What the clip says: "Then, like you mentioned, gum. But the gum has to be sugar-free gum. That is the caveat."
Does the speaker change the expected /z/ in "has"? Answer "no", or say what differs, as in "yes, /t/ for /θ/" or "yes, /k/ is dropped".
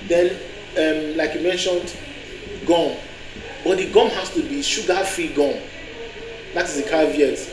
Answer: yes, /s/ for /z/